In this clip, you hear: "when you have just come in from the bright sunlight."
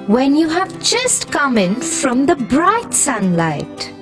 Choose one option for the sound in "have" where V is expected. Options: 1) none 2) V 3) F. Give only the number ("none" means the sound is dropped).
2